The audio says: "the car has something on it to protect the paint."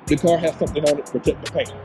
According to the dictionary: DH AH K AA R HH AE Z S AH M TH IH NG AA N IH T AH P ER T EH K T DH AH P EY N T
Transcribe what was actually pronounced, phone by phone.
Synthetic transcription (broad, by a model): DH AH K AA R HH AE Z S AH M TH IH NG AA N IH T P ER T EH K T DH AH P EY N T